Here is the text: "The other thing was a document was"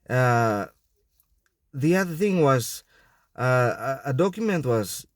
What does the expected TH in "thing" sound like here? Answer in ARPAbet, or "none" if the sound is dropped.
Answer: TH